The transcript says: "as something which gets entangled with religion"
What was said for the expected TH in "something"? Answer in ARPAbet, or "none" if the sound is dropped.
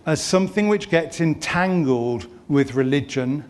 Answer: TH